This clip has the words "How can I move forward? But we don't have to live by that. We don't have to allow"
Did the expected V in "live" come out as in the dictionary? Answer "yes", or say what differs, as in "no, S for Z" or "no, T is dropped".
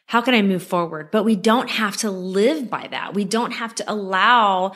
yes